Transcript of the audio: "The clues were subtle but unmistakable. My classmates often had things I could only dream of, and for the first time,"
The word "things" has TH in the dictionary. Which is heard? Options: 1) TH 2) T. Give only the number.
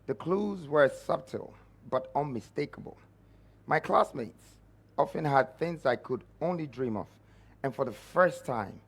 1